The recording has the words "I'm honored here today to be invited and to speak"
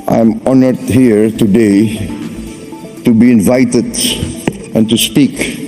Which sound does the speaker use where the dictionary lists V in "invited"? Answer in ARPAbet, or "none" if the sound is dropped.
V